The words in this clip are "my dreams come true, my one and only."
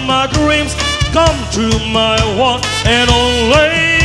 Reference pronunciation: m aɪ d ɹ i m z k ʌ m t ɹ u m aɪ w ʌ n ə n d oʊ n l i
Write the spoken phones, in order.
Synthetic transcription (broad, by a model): m aɪ d ɹ i m z k ʌ m t u m aɪ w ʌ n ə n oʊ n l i